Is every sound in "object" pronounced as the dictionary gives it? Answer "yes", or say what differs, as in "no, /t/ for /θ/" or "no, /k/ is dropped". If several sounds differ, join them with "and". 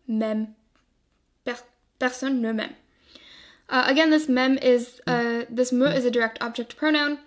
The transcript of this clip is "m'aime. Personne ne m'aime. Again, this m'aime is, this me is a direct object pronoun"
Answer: yes